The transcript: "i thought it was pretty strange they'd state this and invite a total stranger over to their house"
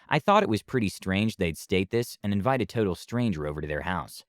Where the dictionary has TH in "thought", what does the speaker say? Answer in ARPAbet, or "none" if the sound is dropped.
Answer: TH